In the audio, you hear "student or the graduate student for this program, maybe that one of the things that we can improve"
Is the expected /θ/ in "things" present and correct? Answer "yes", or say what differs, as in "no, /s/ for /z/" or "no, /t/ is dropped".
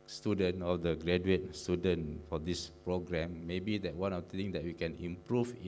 no, /t/ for /θ/